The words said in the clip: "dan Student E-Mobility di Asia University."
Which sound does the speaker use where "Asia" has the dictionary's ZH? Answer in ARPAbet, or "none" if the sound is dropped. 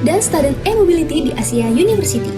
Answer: S